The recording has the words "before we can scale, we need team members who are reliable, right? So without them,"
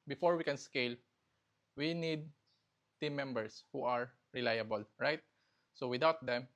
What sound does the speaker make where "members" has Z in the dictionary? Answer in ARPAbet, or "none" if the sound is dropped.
S